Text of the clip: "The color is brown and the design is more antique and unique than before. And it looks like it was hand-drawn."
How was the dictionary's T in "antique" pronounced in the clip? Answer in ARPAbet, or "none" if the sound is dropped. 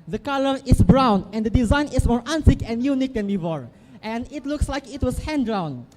S